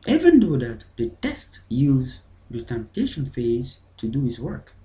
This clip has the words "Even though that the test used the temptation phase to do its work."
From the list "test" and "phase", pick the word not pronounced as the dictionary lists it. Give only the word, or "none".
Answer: none